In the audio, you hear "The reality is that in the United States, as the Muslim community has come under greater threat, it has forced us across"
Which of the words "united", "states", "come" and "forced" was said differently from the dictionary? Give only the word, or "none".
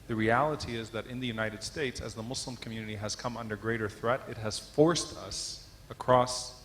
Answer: none